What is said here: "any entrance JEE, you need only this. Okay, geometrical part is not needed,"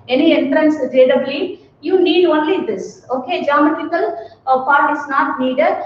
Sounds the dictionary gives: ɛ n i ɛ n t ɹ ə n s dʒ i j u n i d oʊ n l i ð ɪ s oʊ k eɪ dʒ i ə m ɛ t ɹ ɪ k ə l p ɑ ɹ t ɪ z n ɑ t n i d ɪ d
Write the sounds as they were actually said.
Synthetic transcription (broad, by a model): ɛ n i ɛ n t ɹ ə n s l i j u n i d oʊ n l i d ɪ s oʊ k eɪ dʒ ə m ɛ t ɪ k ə l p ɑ ɹ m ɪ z n ɑ t n i d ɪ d